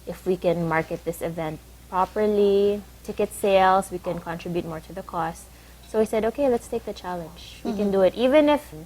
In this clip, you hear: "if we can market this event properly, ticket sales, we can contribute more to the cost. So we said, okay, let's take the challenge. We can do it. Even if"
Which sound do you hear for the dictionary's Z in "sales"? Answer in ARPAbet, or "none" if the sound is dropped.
S